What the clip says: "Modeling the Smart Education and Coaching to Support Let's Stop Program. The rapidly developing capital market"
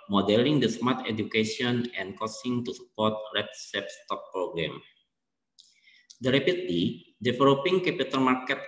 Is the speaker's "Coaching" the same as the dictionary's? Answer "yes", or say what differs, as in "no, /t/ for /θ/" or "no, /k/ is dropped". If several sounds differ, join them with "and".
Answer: no, /s/ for /tʃ/